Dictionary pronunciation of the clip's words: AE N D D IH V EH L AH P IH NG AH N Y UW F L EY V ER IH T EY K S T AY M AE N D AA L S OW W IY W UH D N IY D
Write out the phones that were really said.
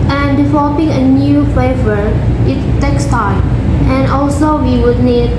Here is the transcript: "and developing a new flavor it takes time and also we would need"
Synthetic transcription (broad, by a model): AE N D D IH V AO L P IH NG AH N Y UW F EY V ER IH T EY K S T AY M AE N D AA L S OW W IY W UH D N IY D